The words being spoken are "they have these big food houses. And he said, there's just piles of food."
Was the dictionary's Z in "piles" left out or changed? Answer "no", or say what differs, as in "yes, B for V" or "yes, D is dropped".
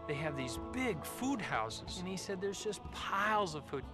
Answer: no